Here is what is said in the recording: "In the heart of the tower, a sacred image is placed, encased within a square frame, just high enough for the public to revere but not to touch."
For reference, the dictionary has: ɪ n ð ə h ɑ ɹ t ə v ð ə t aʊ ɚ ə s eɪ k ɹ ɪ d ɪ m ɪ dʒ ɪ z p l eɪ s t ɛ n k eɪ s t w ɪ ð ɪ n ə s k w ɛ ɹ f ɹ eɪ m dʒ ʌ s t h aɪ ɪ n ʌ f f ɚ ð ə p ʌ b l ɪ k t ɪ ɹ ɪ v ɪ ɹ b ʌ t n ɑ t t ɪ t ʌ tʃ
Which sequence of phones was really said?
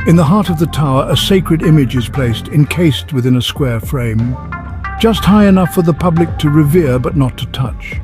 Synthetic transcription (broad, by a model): ɪ n ð ə h ɑ ɹ t ə v ð ə t aʊ ɚ ə s eɪ k ɹ ɪ d ɪ m ɪ dʒ ɪ z p l eɪ s t ɛ n k eɪ s t w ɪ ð ɪ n ə s k w ɛ ɹ f ɹ eɪ m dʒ ʌ s t h aɪ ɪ n ʌ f f ɚ ð ə p ʌ b l ɪ k t ɪ ɹ ɪ v ɪ ɹ b ʌ t n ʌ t t ɪ t ʌ tʃ